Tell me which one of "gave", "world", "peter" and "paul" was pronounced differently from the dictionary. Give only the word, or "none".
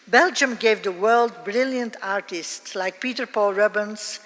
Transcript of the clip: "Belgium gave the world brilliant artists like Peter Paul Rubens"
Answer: none